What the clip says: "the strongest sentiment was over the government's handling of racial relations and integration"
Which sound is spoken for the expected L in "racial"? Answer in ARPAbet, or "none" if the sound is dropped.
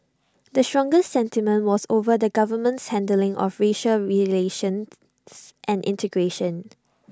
L